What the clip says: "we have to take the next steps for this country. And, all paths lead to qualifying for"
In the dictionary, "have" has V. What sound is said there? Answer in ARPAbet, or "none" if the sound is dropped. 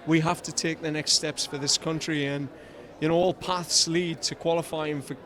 F